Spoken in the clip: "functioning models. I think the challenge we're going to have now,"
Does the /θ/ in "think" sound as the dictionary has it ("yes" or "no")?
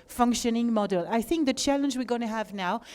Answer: yes